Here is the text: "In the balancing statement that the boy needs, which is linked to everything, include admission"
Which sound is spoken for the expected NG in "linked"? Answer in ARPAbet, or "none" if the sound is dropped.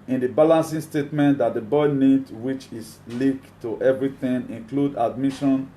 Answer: none